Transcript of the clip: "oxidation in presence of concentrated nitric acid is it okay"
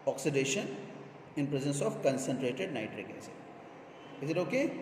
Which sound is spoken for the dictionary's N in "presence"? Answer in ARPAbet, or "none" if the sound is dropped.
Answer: N